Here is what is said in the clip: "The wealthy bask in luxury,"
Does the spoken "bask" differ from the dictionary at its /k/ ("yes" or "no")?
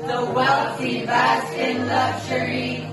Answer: yes